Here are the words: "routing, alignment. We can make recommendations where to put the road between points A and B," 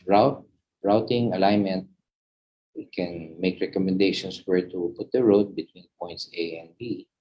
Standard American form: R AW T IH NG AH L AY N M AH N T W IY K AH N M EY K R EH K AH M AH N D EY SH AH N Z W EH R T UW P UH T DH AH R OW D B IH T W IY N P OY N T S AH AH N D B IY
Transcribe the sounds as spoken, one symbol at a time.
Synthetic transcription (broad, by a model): R AW T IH NG AH L AY N M AH N T W IY K AH N M EY K R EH K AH M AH N D EY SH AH N S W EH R T UW P UH T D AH R OW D B IH T W IY N P OY N T S AH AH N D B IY